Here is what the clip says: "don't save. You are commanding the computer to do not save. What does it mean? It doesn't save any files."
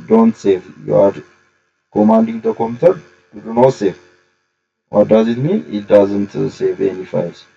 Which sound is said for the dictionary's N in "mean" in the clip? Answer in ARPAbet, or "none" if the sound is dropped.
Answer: none